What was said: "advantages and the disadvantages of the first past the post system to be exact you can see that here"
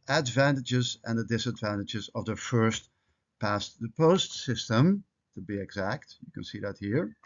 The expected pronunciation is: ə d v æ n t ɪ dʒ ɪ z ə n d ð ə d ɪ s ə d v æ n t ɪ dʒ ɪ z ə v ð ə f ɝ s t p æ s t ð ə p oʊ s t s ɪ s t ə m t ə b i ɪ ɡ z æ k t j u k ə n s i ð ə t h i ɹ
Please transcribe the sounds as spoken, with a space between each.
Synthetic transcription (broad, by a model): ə d v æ n t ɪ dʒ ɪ z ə n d ð ə d ɪ s ə d v æ n t ɪ dʒ ɪ z ə v ð ə f ɝ s t p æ s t ð ə p oʊ s t s ɪ s t ə m t ə b i ɪ ɡ z æ k t j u k ə n s i ð ə t h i ɹ